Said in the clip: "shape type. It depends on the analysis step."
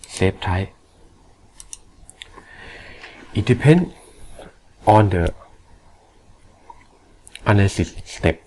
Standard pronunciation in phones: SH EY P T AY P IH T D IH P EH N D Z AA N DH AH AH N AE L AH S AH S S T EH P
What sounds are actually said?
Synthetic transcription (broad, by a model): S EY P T AY IH T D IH P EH N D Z AA N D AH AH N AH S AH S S T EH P